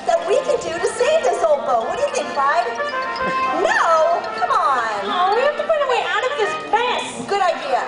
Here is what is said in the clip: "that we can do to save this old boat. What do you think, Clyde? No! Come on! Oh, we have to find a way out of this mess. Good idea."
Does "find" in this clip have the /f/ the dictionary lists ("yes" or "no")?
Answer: no